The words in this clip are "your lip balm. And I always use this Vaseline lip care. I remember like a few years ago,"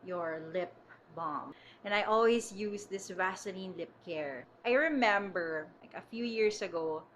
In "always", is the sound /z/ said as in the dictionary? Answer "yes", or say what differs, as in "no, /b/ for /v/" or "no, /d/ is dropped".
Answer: no, /s/ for /z/